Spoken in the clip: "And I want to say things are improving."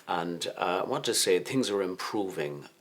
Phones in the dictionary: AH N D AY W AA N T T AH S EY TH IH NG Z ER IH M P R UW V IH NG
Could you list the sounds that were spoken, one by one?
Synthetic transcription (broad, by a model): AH N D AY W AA T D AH S EY TH IH NG Z ER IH M P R UW V IH NG